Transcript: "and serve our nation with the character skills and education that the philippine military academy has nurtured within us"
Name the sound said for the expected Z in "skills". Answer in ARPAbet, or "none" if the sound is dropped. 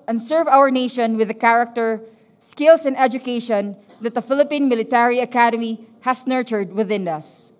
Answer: S